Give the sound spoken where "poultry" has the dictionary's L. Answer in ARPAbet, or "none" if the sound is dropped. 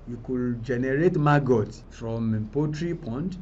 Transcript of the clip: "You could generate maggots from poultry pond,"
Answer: none